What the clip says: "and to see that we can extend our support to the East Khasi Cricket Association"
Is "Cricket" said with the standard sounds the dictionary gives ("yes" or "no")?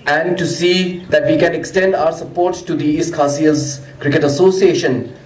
yes